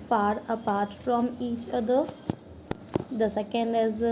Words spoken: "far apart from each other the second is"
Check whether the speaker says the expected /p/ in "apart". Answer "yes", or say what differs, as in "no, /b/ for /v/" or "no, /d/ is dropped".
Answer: yes